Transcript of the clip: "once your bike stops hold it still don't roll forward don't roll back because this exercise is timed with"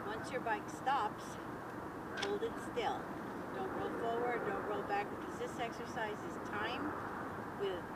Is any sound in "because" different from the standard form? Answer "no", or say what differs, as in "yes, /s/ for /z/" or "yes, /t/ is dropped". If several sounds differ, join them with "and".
yes, /k/ is dropped